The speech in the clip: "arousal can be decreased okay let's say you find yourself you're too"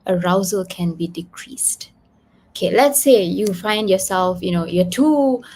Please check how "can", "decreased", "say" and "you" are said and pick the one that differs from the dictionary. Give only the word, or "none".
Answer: none